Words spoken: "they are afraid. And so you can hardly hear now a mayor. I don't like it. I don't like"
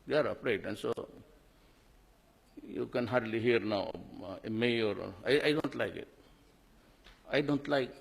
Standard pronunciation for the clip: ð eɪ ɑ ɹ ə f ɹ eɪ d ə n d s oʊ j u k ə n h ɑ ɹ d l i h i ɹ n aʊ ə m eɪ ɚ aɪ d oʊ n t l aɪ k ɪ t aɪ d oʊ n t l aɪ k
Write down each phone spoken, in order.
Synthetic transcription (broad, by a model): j ɑ ɹ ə p ɹ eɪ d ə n s oʊ j u k ə n h ɑ ɹ d l i h i ɹ n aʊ ə m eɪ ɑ aɪ d oʊ n t l aɪ k ɪ t aɪ d oʊ n t l aɪ k